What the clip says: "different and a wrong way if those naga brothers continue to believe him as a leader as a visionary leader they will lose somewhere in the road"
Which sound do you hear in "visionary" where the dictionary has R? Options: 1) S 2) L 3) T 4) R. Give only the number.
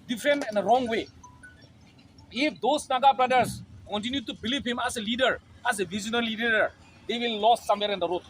2